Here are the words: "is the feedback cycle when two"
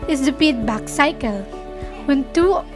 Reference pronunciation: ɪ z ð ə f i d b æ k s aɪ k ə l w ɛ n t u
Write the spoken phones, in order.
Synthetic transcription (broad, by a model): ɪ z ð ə p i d b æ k s aɪ k ə l w ɛ n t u